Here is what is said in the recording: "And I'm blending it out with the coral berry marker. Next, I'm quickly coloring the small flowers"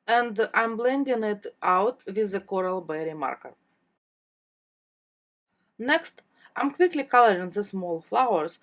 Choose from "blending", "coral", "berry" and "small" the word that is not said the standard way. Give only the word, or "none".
none